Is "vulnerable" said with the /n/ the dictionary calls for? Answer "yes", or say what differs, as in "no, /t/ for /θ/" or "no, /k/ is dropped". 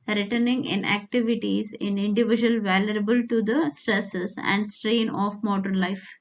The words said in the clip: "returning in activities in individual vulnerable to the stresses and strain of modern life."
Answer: no, /n/ is dropped